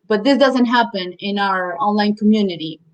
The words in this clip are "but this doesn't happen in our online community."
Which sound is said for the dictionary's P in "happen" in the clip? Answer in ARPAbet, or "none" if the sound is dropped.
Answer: P